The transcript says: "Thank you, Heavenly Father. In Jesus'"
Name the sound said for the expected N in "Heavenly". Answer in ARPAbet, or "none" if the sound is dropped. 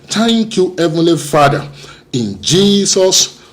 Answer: N